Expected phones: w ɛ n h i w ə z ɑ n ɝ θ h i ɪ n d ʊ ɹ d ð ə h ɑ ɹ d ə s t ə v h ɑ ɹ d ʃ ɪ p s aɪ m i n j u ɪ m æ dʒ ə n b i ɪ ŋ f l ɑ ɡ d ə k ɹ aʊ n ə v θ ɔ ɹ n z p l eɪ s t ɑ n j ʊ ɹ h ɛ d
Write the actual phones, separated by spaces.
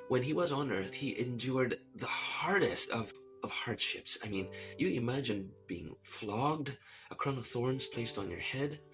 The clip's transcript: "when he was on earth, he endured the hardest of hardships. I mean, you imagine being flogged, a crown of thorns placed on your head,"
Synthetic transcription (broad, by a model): w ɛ n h i w ə z n ɝ θ h i ɪ n d ʊ ɹ d ð ə h ɑ ɹ d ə s t ə v h ɑ ɹ d ʃ ɪ p s aɪ m i n j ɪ ɪ m æ dʒ ə n b i ɪ ŋ f l ɑ ɡ d ə k ɹ aʊ n ə v θ ɔ ɹ n z p l eɪ s t n j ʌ ɹ h ɛ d